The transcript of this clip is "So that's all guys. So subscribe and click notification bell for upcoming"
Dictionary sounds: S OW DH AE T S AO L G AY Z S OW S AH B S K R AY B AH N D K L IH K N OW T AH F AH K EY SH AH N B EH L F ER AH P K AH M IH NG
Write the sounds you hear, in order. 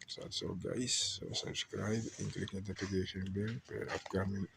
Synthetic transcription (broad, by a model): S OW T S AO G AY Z S OW S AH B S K R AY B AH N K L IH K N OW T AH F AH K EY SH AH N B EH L P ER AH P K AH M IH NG